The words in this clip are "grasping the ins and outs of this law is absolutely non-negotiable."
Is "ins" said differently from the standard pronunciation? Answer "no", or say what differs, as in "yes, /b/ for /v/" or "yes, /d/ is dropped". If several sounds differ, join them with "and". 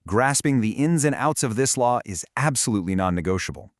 no